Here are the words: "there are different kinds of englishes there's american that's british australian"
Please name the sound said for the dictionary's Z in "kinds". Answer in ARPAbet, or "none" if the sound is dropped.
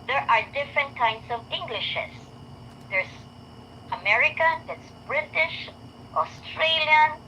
S